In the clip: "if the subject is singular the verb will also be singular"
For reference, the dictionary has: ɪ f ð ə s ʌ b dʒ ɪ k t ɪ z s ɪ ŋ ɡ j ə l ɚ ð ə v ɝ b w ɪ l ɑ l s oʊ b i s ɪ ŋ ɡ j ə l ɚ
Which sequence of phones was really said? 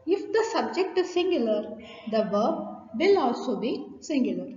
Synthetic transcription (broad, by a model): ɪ f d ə s ʌ b dʒ ɪ k t ɪ z s ɪ ŋ ɡ j ə l ɚ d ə v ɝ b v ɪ l ɑ l s oʊ b i s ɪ ŋ ɡ j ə l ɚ